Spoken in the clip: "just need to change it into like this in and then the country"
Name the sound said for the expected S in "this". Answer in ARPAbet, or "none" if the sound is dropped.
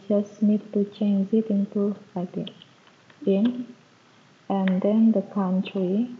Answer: none